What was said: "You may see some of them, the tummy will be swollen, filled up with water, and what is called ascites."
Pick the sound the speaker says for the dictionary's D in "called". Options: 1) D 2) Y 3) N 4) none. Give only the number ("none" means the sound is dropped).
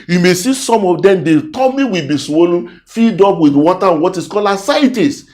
4